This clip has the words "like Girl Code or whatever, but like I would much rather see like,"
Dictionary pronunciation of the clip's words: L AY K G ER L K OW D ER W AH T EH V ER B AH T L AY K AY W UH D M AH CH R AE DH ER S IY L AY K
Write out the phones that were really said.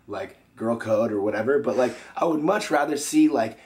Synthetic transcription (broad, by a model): L AY K G ER L K OW D ER W AH T EH V ER B AH T L AY K AY W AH D M AH CH R AE DH ER S IY L AY K